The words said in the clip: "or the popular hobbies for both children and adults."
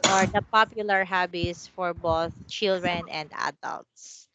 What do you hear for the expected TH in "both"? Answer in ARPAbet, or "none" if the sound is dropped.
TH